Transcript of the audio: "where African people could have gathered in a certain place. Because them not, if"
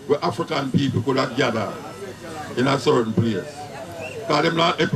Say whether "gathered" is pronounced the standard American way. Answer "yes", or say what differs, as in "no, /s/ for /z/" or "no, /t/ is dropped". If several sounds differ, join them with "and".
no, /d/ is dropped